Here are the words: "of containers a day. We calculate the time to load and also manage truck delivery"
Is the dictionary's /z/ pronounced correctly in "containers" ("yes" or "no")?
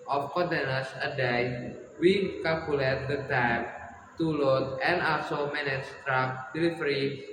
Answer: no